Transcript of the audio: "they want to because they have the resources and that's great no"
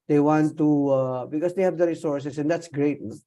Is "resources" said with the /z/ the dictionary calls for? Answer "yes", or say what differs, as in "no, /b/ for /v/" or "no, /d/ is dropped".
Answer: no, /s/ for /z/